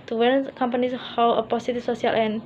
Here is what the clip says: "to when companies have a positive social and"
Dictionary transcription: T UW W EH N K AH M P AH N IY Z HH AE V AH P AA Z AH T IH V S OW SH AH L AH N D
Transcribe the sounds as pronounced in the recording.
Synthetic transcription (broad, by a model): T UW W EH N K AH M P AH N IY S HH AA W AH P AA S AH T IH F S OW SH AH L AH N